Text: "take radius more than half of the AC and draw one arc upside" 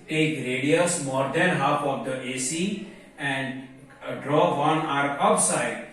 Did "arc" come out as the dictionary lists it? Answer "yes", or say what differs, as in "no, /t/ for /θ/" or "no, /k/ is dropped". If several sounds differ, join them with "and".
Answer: no, /k/ is dropped